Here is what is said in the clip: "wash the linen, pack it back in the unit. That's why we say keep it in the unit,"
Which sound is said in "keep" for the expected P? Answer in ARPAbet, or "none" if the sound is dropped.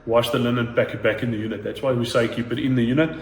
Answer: B